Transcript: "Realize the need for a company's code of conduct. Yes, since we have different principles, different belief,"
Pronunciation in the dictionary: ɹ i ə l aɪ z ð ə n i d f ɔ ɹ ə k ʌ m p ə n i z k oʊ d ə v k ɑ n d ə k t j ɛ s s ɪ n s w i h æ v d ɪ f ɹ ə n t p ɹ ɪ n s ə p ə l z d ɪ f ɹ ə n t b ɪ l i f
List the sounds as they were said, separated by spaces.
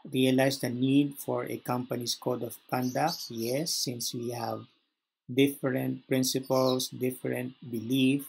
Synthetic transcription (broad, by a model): ɹ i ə l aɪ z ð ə n i d f ɔ ɹ ə k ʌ m p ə n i s k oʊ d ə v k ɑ n d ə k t j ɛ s s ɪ n s w i h æ v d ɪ f ɹ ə n t p ɹ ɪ n s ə p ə l s d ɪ f ɹ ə n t b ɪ l i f